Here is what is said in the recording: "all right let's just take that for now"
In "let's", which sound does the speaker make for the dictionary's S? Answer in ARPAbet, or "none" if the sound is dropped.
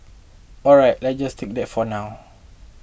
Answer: none